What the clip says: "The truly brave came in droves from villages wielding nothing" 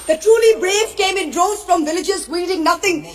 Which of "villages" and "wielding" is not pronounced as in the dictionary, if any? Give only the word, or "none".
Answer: wielding